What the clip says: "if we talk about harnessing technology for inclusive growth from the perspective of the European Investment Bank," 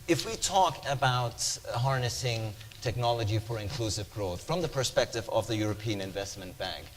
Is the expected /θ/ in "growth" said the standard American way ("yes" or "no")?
yes